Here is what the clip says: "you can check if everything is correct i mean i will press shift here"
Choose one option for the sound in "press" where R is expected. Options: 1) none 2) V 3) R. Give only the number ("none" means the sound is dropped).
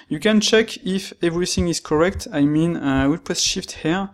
1